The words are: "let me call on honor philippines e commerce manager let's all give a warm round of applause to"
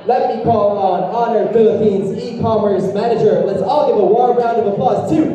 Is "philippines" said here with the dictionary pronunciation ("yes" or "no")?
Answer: yes